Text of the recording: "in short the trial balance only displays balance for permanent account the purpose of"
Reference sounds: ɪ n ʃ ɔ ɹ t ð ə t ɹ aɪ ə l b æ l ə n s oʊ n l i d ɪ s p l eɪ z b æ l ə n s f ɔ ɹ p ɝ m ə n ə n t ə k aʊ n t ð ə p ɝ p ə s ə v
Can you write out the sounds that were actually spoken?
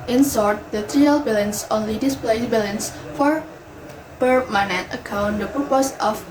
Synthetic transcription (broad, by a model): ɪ n s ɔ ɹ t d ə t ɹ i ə l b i l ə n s oʊ n l i d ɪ s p l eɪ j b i l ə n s f ɔ ɹ p ɝ m ə n ə n t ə k aʊ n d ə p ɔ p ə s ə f